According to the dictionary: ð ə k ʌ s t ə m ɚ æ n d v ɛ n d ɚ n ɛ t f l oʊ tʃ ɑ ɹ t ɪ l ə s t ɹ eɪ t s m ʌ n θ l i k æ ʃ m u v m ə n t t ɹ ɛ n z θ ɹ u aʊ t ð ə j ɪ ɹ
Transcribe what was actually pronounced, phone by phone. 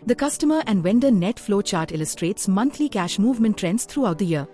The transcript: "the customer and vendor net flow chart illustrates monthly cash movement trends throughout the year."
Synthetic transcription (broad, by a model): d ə k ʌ s t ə m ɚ æ n d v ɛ n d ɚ n ɛ t f l oʊ tʃ ɑ ɹ t ɪ l ə s t ɹ eɪ t s m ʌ n t l i k æ ʃ m u v m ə n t t ɹ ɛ n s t ɹ u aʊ t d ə j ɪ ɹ